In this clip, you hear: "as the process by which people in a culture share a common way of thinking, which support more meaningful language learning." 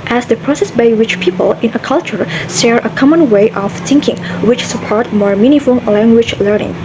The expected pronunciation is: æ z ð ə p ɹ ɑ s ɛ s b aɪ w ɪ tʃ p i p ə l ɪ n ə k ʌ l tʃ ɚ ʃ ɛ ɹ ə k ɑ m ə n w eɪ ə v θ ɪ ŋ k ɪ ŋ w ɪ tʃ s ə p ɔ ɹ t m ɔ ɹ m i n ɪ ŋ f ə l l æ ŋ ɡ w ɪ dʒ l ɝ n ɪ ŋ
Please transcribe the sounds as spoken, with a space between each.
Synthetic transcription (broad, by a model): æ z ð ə p ɹ ɑ s ɛ s b aɪ w ɪ tʃ p i p ə l ɪ n ə k ʌ l tʃ ɚ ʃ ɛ ɹ ə k ɑ m ə n w eɪ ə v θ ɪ ŋ k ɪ ŋ w ɪ tʃ s ə p ɔ ɹ t m ɔ ɹ m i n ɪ f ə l l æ ŋ ɡ w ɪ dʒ l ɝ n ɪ ŋ